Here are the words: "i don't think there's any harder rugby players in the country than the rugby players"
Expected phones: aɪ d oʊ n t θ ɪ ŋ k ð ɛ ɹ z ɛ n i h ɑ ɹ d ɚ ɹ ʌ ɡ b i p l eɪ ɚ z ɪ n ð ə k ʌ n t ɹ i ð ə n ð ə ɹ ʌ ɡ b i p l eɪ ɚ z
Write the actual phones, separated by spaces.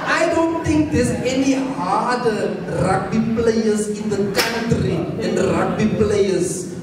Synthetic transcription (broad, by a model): aɪ d oʊ n t t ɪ ŋ k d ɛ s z ɛ n i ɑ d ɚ ɹ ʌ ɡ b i p l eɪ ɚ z ɪ n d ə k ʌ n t ɹ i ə n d ɹ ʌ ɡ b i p l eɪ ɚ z